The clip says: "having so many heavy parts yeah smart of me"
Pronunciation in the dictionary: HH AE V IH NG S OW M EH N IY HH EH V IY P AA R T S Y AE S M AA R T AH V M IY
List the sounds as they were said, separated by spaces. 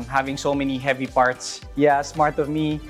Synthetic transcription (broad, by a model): HH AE V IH NG S OW M EH N IY HH EH V IY P AA R T S Y AE S M AA R T AH V M IY